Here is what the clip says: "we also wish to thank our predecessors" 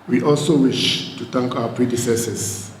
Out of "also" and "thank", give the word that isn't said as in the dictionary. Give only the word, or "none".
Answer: thank